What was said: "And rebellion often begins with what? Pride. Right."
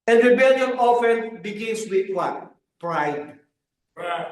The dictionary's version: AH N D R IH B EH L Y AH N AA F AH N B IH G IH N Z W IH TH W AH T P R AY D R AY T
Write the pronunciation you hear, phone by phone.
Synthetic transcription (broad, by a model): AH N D R IH B EH L Y AH N AA F AH N B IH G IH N S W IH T W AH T P R AY D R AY